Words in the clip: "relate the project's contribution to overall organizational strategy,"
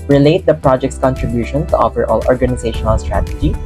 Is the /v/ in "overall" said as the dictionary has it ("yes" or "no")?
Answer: no